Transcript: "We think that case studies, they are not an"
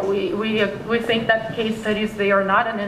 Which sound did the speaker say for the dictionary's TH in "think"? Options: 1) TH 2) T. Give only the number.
1